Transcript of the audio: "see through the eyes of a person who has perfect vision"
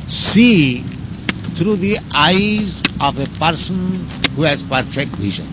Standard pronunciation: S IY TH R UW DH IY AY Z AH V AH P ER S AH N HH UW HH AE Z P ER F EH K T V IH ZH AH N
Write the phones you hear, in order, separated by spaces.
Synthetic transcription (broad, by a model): S IY T R UW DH IY AY Z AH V AH P ER S AH N HH UW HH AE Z P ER F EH K T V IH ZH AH N